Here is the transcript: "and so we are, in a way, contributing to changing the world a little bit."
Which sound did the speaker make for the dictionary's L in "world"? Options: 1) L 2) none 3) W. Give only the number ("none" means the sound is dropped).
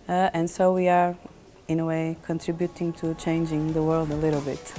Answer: 1